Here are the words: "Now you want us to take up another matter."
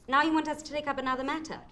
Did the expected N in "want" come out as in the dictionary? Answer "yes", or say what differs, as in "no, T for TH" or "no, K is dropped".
yes